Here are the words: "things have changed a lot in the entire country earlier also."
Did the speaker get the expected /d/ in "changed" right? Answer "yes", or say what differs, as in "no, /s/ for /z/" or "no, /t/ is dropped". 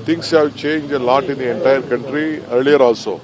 no, /d/ is dropped